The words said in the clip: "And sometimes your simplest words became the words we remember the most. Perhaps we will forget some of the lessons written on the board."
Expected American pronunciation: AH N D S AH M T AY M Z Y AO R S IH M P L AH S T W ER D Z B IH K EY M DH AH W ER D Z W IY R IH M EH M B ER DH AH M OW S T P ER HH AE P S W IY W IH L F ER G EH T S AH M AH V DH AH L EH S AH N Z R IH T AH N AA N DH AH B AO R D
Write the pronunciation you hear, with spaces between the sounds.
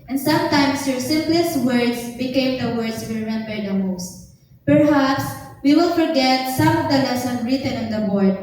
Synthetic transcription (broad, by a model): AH N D S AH M T AY M S Y AO R S IH M P L AH S T W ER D S B IH K EY M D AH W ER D S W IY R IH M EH M B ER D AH M OW S T P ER HH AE P S W IY W IH L F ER G EH T S AH M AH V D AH L EH S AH N R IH T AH N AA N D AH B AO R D